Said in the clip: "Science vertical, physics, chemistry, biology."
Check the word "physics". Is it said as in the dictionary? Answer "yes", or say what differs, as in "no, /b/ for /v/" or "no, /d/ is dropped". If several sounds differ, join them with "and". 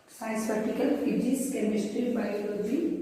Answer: no, /k/ is dropped